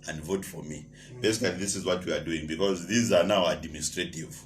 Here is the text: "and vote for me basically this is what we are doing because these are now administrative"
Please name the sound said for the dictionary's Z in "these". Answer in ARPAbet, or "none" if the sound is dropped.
Z